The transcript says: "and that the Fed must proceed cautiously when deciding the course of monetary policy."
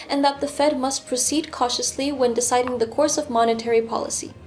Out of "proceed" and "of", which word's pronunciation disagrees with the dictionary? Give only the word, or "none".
none